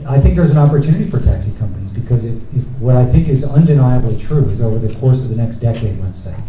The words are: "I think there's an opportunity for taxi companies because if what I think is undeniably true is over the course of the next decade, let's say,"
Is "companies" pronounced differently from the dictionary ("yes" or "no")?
no